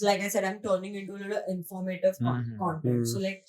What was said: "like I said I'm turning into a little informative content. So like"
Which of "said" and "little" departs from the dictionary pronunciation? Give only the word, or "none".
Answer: none